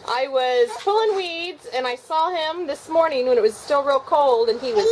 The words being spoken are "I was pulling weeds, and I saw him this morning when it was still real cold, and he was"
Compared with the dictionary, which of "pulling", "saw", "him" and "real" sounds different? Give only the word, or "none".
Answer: pulling